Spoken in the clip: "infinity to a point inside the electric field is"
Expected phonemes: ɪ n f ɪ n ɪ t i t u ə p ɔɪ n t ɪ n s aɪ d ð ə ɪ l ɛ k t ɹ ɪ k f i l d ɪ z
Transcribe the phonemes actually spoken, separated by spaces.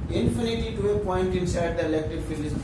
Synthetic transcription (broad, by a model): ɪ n f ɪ n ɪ t i t u ə p ɔɪ n t ɪ n s aɪ d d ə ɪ l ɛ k t ɪ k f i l ɪ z